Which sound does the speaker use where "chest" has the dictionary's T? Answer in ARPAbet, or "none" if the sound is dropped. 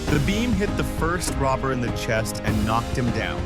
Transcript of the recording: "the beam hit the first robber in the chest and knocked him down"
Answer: T